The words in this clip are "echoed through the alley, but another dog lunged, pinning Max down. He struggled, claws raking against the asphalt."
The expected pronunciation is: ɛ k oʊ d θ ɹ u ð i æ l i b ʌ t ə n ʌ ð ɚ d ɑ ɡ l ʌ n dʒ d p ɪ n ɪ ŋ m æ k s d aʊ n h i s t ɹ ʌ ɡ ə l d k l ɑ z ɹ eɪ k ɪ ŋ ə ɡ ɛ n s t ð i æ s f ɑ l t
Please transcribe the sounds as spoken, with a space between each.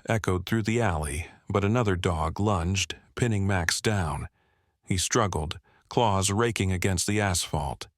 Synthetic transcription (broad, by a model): ɛ k oʊ d θ ɹ u ð i æ l i b ʌ t ə n ʌ ð ɚ d ɑ ɡ l ʌ n dʒ d p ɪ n ɪ ŋ m æ k s d aʊ n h i s t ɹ ʌ ɡ l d k l ɑ z ɹ eɪ k ɪ ŋ ə ɡ ɛ n s t ð i æ s f ɑ l t